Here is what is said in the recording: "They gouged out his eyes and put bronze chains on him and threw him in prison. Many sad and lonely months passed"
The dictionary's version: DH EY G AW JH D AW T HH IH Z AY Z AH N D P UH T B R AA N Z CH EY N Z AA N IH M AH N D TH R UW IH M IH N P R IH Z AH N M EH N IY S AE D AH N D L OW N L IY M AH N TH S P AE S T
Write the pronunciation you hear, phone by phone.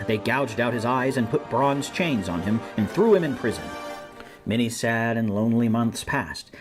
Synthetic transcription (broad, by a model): DH EY G AW JH D AW T HH IH Z AY Z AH N P UH T B R AA N Z CH EY N Z N IH M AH N TH R UW IH M IH N P R IH Z AH N M EH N IY S AE D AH N L OW N L IY M AH N TH S P AE S T